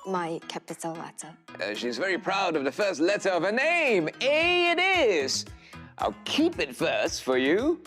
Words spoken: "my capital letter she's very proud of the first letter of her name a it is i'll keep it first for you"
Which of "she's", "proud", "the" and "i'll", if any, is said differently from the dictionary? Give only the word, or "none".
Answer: none